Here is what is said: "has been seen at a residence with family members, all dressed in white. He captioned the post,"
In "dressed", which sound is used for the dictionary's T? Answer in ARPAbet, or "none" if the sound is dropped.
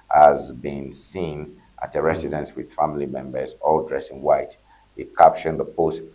none